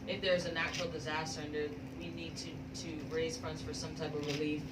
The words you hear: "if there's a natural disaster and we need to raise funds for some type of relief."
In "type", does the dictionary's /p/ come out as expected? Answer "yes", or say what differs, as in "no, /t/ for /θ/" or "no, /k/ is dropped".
yes